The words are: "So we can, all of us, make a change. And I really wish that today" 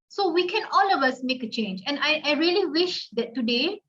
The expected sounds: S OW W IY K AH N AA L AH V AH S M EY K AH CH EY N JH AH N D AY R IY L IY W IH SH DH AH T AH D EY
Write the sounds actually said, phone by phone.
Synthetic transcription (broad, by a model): S OW W IY K AH N AA L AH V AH S M EY K AH CH EY N JH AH N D AY R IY L IY W IH SH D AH T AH D EY